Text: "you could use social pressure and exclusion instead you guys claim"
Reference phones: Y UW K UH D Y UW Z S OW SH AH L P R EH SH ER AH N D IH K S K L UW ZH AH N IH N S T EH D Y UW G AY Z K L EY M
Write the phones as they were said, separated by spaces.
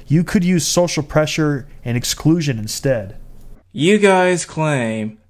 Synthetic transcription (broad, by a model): Y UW K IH D Y UW Z S OW SH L P R EH SH ER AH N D IH K S K L UW ZH AH N IH N S T EH D Y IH G AY Z K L EY M